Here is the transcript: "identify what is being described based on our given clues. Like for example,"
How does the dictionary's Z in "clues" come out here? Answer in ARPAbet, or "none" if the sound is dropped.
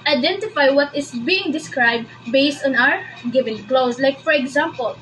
S